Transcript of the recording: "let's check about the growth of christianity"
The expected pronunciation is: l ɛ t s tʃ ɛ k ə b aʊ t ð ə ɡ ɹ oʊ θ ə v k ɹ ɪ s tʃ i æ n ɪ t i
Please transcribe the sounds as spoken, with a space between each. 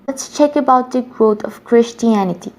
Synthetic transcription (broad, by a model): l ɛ t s tʃ ɛ k ə b aʊ t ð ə ɡ ɹ oʊ t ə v k ɹ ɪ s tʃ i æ n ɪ t i